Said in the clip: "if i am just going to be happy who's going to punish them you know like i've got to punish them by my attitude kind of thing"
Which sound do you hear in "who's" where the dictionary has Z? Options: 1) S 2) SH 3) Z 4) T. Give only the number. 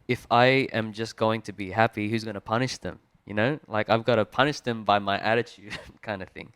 3